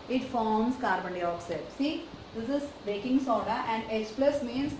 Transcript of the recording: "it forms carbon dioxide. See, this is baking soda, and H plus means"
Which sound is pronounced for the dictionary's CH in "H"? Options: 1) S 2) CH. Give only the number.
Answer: 1